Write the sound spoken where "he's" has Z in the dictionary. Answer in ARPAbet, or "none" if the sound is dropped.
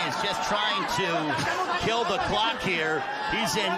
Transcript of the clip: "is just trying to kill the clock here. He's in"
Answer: Z